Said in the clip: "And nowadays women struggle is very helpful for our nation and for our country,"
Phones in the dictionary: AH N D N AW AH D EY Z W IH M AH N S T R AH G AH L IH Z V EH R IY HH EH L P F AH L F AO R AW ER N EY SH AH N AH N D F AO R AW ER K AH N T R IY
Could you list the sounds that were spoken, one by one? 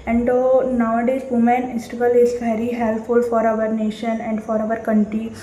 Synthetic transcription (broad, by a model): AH N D N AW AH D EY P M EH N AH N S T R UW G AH L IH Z V EH R IY HH EH L P F AH L F AO R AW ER N EY SH AH N AH N D F AO R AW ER K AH N T R IY